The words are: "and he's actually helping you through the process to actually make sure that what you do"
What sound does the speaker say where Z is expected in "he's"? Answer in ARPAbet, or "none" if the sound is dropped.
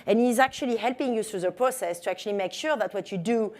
Z